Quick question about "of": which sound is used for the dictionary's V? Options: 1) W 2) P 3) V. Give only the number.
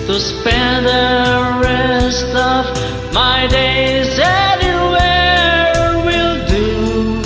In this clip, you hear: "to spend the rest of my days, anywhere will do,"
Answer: 3